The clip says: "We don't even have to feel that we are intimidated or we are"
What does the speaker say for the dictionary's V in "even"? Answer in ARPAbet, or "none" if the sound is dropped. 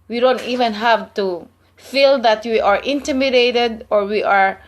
V